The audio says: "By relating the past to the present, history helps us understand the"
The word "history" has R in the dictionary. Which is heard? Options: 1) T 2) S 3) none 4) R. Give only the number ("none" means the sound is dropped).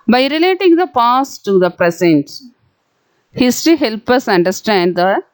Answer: 3